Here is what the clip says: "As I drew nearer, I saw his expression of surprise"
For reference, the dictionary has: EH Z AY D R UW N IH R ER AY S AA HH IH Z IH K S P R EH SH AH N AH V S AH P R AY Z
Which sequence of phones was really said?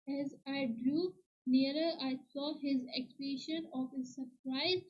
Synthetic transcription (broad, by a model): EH Z AY D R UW N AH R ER AY S AA HH IH Z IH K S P EH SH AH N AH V S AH P R AY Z